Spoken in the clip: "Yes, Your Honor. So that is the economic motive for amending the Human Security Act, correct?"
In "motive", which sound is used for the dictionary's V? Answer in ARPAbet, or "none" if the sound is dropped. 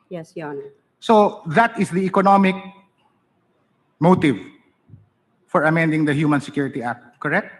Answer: V